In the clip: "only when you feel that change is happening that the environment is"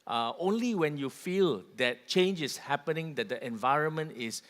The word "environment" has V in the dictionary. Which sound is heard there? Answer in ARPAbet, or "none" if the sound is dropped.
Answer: V